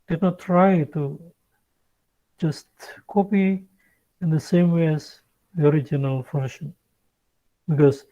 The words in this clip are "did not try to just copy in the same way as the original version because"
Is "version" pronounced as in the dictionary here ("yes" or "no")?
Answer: no